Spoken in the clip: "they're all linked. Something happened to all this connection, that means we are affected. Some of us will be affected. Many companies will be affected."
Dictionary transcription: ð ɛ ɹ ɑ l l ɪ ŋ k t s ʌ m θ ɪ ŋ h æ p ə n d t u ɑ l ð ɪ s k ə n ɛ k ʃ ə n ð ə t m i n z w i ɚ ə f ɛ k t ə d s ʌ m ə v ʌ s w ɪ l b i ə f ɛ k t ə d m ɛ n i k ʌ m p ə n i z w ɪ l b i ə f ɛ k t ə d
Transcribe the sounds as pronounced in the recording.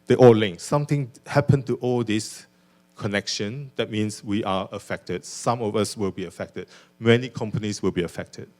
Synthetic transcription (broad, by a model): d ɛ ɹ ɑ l l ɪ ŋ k s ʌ m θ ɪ ŋ h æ p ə n t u ɑ l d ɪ s k ə n ɛ k ʃ ə n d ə t m i n s w i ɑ ə f ɛ k t ə d s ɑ m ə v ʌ s w ɪ l b i ə f ɛ k t ə d m ɛ n i k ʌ m p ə n i s w ɪ l b i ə f ɛ k t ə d